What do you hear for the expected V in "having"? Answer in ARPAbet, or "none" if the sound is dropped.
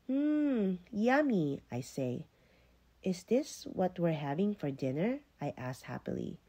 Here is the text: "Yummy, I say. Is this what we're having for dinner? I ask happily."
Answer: V